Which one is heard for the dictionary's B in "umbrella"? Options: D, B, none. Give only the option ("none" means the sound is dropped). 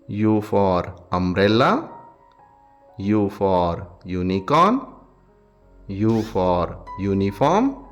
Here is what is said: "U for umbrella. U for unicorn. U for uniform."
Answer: none